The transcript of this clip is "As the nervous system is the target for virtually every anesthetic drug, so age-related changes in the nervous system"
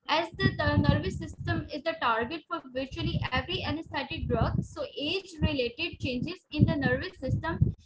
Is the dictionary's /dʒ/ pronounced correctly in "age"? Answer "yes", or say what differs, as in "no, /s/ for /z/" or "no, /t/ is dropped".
yes